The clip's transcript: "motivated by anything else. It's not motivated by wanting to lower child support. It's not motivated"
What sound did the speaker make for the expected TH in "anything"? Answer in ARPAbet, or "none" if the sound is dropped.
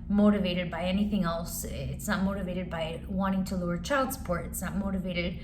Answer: TH